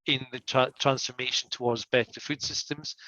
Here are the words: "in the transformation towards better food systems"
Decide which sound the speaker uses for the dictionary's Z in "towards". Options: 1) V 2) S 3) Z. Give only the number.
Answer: 3